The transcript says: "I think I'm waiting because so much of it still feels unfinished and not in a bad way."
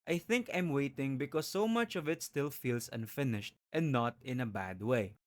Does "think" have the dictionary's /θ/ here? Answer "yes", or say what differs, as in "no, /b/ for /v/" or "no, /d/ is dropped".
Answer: yes